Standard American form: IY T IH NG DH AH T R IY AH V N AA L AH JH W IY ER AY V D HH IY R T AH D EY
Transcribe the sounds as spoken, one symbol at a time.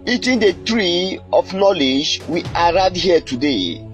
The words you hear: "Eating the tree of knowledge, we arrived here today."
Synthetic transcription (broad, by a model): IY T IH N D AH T R IY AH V N AA L AH JH W IY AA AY D HH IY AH T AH D EY